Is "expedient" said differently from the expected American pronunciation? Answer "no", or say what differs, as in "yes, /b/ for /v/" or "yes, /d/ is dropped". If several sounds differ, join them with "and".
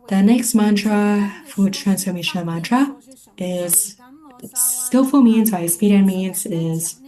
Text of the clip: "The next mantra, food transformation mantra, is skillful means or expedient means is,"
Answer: yes, /k/ is dropped